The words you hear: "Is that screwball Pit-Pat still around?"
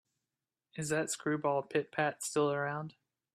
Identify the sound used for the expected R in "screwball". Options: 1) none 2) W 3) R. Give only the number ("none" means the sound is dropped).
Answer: 3